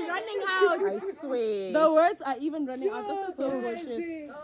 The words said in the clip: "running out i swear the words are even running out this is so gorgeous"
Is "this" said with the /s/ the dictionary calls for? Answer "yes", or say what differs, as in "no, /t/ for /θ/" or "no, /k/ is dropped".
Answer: no, /s/ is dropped